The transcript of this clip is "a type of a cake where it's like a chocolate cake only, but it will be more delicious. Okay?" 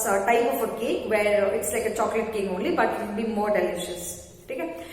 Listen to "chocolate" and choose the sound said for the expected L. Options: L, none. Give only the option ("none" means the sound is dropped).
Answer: L